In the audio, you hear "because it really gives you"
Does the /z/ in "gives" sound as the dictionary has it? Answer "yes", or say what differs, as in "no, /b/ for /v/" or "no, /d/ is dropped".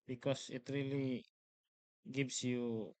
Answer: no, /s/ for /z/